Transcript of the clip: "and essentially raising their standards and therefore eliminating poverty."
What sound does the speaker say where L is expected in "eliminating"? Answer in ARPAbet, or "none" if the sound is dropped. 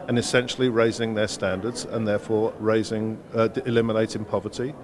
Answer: L